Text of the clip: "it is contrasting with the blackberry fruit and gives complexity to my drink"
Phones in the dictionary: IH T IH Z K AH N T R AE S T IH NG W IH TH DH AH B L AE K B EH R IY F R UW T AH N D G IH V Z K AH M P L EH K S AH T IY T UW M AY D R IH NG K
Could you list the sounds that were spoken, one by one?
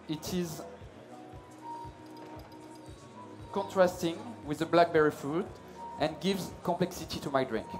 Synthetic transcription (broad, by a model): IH T IH Z K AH N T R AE S T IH NG W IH DH AH B L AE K B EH R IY F UW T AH N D G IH V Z K AH M P L EH K S AH T IY T UW M AY D R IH NG K